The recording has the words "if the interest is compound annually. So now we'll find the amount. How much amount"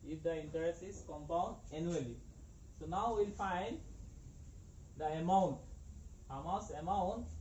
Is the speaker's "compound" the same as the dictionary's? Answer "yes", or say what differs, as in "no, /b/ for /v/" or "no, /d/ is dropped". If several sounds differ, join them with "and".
yes